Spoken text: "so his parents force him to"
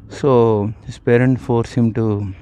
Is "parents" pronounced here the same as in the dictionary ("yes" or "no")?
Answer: no